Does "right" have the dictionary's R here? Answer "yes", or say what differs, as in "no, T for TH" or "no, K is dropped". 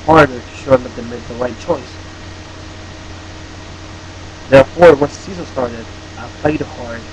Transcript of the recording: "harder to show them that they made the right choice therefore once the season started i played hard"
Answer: no, L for R